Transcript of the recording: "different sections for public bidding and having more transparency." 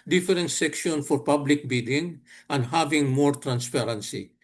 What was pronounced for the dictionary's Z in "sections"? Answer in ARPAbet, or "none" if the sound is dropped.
none